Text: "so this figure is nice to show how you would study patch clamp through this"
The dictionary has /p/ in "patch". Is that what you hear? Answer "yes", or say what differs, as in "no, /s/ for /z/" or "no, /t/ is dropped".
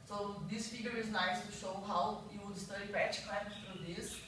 no, /b/ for /p/